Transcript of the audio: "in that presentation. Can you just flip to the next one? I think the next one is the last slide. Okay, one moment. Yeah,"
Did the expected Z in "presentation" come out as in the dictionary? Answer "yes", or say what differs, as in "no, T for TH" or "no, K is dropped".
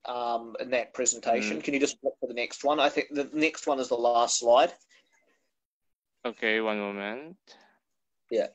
yes